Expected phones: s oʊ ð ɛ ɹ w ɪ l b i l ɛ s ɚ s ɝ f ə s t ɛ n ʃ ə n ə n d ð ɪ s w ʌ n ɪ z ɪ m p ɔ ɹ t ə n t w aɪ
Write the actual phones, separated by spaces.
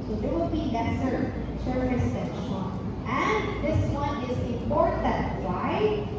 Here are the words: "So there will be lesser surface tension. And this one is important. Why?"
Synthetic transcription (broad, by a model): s oʊ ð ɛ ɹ w ɪ l b i n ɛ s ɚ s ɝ ə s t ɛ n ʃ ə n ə n ð ɪ s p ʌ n ɪ z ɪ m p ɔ ɹ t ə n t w aɪ